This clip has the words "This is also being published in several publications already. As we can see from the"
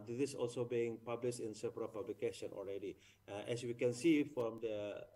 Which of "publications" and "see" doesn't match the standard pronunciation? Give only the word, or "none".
publications